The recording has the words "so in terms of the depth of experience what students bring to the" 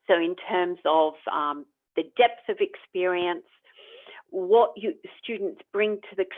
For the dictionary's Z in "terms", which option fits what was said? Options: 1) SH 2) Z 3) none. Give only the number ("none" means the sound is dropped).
2